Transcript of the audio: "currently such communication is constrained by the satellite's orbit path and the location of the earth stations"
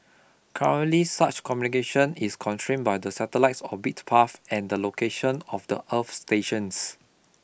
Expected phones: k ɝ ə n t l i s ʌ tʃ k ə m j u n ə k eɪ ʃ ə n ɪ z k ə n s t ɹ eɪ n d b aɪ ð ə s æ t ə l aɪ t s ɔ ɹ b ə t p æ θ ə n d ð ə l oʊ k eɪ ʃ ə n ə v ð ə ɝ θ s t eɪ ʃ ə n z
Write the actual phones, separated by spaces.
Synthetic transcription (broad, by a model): k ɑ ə n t l i s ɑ tʃ k ə m j u n ə k eɪ ʃ ə n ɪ s k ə n t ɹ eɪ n b aɪ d ə s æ t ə l aɪ t s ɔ b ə t p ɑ f ə n d ə l oʊ k eɪ ʃ ə n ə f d ə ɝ f s t eɪ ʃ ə n s